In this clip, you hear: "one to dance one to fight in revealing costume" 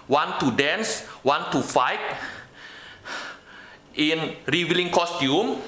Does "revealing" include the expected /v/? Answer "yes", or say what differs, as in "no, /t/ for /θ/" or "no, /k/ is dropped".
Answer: no, /w/ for /v/